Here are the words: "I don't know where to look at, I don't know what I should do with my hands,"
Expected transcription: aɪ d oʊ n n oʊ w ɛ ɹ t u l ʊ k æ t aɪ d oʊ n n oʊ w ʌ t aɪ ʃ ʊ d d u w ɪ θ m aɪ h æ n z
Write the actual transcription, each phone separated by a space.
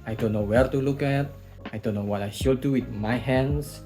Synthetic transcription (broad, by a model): aɪ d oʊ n n oʊ w ɛ ɹ t u l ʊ k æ t aɪ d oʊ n n oʊ w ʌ t aɪ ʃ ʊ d d u w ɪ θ m aɪ h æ n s